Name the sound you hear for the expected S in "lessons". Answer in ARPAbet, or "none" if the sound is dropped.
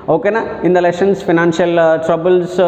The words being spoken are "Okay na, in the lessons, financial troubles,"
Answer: SH